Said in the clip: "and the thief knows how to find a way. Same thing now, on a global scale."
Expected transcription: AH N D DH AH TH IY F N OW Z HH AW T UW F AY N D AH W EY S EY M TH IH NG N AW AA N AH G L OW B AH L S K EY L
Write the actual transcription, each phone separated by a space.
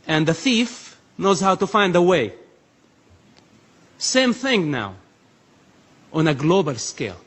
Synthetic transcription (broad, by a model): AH N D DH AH TH IY F N OW Z HH AW T UW F AY N D AH W EY S EY M TH IH NG N AW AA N AH G L OW B AH L S K EY L